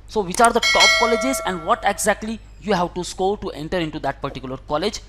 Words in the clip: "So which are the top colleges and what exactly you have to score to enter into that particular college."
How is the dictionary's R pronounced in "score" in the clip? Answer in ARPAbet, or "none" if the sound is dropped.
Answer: L